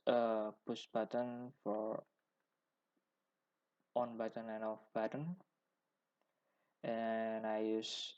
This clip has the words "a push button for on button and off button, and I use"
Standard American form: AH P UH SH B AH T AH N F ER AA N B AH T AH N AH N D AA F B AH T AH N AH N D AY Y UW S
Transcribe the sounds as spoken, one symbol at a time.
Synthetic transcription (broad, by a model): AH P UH S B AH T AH N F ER AA N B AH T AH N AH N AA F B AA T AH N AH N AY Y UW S